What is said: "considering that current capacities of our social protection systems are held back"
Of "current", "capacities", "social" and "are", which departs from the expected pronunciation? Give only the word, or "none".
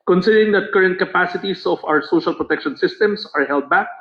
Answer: capacities